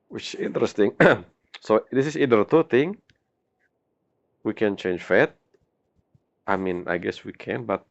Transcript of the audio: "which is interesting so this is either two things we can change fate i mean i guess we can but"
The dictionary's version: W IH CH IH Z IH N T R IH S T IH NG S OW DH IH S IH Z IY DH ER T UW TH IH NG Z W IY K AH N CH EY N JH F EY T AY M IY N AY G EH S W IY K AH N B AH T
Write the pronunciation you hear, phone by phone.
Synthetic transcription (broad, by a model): W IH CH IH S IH N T R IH S T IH NG S OW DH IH S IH S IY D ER T UW T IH NG W IY K AH N CH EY N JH F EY T AY M IY N AY G EH S W IY K AH N B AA T